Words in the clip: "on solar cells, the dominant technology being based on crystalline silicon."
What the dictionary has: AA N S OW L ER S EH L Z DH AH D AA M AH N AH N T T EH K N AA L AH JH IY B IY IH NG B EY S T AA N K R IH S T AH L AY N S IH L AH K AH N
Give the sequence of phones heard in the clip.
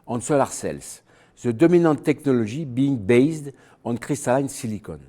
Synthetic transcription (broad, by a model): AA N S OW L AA S EH L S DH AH D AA M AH N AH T T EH K N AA L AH ZH IY B IY NG B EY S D AA N K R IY S T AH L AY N S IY L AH K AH N